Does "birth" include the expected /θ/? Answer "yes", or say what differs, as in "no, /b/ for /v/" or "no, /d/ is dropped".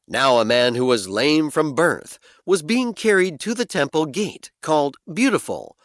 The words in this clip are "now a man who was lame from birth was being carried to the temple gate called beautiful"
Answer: yes